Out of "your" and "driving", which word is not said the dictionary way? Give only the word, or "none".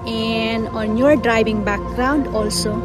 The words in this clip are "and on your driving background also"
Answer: driving